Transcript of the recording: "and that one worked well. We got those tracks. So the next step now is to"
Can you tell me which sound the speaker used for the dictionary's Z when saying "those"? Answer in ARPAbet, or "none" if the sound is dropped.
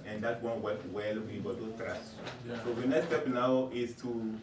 none